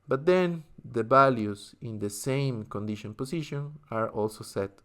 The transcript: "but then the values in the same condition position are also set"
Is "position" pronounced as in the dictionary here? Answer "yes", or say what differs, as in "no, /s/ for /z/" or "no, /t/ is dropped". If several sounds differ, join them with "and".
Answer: no, /s/ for /z/